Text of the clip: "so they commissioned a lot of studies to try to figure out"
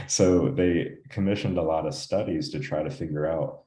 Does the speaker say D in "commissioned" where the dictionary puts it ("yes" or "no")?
yes